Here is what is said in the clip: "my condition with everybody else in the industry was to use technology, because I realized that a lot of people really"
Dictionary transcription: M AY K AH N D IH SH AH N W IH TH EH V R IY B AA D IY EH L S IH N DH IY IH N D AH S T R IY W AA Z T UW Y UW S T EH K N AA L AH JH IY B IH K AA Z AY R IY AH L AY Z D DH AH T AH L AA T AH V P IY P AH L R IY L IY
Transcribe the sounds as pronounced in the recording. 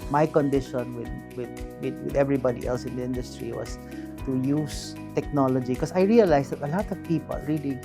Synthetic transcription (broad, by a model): M AY K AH N D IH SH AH N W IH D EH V R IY B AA D IY EH L S IH N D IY IH N D AH S T R IY W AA S T UW Y UW S T EH K N AA L AH JH IY K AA S AY R IY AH L AY S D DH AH T AH L AA T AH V P IY P AH L R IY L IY